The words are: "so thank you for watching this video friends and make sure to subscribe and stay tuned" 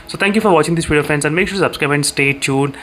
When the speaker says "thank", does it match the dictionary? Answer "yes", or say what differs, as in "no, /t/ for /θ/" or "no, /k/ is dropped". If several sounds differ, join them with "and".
no, /t/ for /θ/